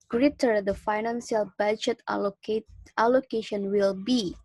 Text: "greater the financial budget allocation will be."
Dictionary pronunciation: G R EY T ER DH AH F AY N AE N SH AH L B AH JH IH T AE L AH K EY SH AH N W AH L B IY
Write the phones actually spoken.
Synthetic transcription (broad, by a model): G R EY T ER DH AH F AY N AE N S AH L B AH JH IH T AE L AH K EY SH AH N W AH L B IY